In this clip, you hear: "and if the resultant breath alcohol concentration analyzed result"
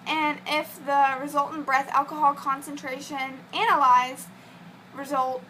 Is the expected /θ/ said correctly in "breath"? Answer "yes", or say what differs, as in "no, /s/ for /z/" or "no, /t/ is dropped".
yes